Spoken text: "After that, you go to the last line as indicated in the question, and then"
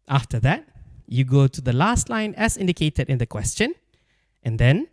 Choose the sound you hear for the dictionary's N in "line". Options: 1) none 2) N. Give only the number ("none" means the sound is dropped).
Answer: 2